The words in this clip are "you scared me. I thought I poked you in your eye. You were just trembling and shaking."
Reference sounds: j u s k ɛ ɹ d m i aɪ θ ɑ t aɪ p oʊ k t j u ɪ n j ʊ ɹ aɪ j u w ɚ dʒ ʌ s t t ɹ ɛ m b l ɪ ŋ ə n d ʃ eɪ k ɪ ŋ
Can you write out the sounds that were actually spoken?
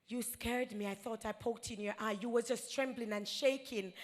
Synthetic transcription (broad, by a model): j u s k ɛ ɹ d m i aɪ θ ɑ t aɪ p oʊ k t ɪ n j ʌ ɹ aɪ j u w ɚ dʒ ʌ s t t ɹ ɛ m b l ɪ ŋ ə n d ʃ eɪ k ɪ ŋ